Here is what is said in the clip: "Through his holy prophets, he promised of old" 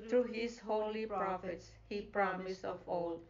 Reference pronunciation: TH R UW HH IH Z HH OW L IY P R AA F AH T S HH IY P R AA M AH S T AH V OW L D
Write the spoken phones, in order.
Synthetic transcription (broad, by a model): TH R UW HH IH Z HH OW L IY P R AA F AH T S HH IY P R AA M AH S AH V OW L